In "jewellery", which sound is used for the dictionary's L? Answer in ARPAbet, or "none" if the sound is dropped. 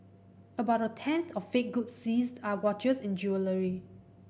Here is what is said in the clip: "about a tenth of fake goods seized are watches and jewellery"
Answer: L